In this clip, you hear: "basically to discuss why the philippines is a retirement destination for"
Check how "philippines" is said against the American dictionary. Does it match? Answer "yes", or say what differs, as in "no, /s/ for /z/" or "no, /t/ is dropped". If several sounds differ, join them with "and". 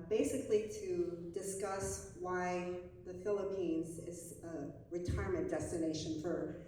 yes